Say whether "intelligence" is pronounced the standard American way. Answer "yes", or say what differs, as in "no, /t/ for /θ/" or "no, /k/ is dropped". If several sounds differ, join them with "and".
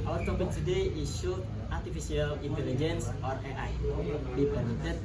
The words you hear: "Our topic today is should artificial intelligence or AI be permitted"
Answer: yes